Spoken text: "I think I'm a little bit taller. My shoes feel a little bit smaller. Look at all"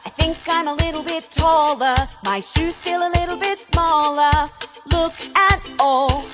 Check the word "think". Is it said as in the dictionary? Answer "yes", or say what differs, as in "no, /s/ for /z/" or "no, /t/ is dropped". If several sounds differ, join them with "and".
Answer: yes